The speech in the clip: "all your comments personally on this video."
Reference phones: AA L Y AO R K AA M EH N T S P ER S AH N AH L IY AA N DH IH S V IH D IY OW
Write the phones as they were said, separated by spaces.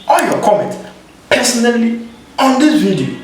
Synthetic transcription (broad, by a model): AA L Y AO K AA M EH N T P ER S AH N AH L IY AA N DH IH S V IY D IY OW